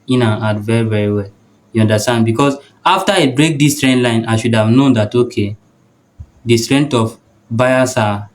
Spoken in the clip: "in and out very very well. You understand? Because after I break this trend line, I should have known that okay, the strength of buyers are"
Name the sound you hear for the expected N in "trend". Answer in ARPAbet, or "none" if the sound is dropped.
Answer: N